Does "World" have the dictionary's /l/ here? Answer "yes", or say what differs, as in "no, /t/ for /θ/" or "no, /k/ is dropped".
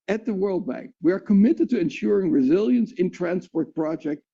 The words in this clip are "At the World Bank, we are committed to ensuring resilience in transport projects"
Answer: yes